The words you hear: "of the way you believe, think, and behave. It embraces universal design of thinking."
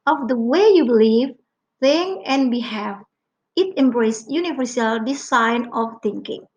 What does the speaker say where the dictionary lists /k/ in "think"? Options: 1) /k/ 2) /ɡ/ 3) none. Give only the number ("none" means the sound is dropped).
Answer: 3